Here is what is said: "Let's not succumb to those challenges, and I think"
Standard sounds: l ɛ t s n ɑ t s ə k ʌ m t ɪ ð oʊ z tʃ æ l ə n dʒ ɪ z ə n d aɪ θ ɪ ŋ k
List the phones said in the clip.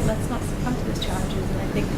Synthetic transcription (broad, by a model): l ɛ t s n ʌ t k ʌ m t ɪ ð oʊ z tʃ æ l ə n dʒ ɪ z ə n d aɪ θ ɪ ŋ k